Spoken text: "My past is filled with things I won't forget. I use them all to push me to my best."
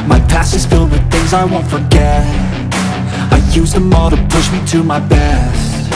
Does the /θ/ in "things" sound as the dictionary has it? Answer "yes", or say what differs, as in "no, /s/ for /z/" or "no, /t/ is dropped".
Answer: yes